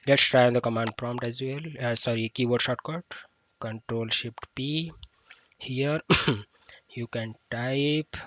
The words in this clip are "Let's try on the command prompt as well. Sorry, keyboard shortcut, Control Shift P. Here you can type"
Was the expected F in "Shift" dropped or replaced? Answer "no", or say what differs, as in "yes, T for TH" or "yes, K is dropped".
yes, P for F